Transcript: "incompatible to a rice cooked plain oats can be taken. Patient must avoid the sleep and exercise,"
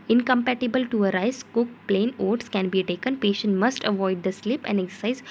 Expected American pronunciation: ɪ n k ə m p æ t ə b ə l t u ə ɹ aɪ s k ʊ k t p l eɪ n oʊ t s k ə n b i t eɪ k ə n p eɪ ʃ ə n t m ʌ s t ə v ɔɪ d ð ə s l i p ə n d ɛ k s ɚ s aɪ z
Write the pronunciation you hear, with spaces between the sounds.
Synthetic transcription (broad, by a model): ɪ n k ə m p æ t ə b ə l t u ə ɹ aɪ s k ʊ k p l eɪ n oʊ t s k ə n b i t eɪ k ə n p eɪ ʃ ə n t m ʌ s t ə v ɔɪ d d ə s l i p ə n d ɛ k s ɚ s aɪ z